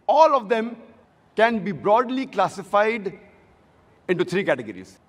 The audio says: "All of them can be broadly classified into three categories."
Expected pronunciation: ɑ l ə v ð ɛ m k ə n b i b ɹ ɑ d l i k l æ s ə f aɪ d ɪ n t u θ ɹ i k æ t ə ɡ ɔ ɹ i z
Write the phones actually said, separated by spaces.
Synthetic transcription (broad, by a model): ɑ l ə v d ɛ m k ə n b i b ɹ ɑ d l i k l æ s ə f aɪ d ɪ n t u t ɹ i k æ t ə ɡ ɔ ɹ i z